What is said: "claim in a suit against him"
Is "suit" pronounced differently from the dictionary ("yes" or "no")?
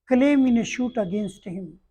yes